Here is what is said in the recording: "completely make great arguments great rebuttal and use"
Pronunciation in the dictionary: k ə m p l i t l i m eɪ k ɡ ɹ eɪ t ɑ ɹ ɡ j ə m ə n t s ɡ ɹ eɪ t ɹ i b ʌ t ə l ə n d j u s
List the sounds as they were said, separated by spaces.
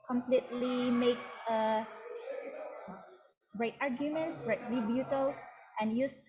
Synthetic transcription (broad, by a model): k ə m p l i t l i m eɪ k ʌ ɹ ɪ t ɑ ɹ ɡ j ə m ə n t s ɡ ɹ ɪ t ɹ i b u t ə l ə n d j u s